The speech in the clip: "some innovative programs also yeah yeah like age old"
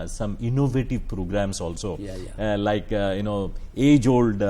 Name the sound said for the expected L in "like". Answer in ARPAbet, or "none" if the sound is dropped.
N